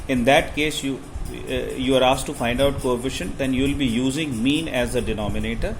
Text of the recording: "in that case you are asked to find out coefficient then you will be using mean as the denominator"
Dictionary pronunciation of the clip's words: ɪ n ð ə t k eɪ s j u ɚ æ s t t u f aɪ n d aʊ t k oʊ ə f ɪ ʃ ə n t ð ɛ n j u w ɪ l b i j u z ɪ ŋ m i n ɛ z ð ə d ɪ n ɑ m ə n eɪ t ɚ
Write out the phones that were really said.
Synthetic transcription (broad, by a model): ɪ n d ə t k eɪ s j u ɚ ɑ s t t u f aɪ n d aʊ t k oʊ ə f ɪ ʃ ə n t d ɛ n j u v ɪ l b i j u z ɪ ŋ m i n ɛ z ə d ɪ n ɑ m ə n eɪ t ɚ